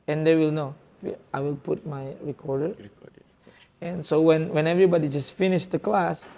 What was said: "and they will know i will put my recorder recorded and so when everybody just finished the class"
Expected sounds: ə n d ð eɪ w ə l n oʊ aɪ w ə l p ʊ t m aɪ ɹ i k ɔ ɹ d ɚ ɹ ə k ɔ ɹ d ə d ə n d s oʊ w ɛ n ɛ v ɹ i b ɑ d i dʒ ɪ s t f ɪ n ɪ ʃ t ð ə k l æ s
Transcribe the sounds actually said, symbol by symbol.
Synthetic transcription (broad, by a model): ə n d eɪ w ə l n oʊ aɪ w ə l p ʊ t m aɪ ɹ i k ɔ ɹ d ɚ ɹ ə ɛ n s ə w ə n w ɛ n ɛ v ɹ i b ɑ d i dʒ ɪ s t f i n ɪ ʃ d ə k l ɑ s